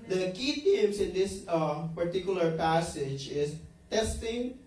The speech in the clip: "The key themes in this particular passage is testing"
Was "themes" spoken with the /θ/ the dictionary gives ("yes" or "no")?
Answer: no